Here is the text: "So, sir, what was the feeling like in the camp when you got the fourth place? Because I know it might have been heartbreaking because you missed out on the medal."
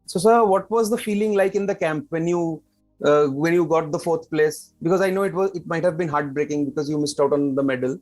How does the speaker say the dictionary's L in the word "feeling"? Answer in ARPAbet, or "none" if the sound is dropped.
L